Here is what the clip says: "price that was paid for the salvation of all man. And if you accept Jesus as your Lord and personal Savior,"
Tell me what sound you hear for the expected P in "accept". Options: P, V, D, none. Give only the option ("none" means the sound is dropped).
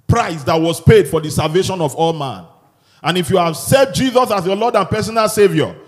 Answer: none